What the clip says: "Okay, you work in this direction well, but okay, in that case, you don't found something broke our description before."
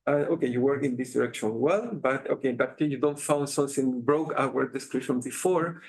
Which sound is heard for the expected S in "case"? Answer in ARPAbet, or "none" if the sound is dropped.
none